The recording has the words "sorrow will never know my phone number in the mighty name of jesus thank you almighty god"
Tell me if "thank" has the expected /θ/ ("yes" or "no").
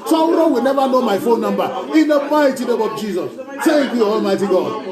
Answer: no